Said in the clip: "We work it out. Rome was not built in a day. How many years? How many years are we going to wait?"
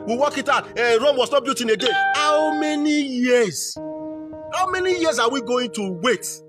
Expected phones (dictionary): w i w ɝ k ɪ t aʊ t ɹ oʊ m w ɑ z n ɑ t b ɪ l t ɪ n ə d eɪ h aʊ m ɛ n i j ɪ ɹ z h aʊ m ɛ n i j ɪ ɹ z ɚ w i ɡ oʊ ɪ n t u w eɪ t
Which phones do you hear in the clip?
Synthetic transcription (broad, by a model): w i w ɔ k ɪ t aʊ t ɹ oʊ m w ɑ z n ɑ t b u t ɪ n ə d eɪ h aʊ m ɛ n i j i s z h aʊ m ɛ n i j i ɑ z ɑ w i ɡ oʊ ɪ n t u w eɪ t